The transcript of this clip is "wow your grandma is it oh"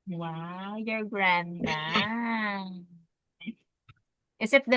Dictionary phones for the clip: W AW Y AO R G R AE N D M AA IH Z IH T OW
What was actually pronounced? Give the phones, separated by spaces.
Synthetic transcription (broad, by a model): W AW Y AO R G R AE N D AA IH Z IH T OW